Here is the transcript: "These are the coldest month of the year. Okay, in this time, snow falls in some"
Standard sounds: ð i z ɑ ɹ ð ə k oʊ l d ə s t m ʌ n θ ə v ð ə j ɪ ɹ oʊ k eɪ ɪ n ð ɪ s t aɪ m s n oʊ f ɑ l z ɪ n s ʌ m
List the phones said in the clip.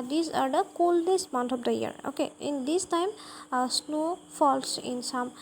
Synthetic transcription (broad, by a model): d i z ɑ ɹ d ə k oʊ l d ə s m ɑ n t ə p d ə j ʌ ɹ oʊ k eɪ ɪ n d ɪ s t aɪ m s n oʊ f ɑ l s ɪ n s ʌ m